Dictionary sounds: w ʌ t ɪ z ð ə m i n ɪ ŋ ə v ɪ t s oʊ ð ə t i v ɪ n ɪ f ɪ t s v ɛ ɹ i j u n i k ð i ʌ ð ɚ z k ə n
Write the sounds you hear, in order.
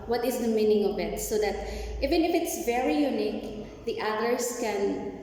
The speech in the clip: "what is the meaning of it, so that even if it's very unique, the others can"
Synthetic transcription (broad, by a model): w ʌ t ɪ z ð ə m i n ɪ ŋ ə v ɪ t s oʊ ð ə t i v ɪ n ɪ f ɪ t s v ɛ ɹ i j u n i k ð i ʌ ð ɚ s k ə n